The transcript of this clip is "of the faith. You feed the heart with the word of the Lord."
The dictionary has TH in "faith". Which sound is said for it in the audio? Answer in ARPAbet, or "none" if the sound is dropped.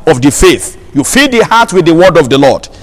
TH